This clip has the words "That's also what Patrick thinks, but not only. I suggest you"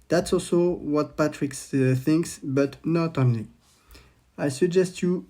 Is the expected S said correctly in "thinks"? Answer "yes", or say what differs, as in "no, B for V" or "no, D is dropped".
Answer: yes